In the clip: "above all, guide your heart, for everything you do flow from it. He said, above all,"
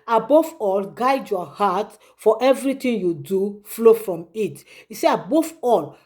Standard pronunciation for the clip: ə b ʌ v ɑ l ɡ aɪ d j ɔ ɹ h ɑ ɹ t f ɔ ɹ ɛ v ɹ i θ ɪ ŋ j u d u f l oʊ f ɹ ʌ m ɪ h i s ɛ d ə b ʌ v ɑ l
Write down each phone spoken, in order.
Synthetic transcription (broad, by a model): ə b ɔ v ɑ l ɡ aɪ d j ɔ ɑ h ɑ t f ɔ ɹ ɛ v ɹ i t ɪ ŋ j u d u f l oʊ f ɹ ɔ m ɪ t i s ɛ ə b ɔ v ɑ l